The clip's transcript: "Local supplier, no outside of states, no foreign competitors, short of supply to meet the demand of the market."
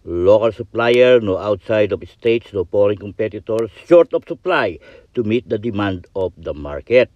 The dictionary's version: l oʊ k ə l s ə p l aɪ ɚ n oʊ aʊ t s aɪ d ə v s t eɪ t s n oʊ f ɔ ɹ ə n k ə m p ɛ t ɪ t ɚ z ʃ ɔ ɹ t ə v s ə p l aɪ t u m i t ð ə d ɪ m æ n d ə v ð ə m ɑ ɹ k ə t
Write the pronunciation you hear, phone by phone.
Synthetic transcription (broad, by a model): l oʊ k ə l s ə p l aɪ ɚ n oʊ aʊ t s aɪ d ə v s t eɪ t s n oʊ p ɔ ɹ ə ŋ k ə m p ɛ t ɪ t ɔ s ʃ ɔ ɹ t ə p s ə p l aɪ t u m i t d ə d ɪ m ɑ n d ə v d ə m ɑ ɹ k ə t